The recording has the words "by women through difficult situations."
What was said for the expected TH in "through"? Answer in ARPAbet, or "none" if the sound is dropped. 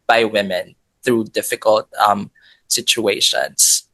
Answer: TH